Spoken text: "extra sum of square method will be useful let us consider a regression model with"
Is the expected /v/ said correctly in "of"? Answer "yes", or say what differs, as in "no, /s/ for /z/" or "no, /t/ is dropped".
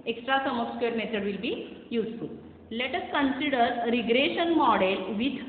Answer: no, /p/ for /v/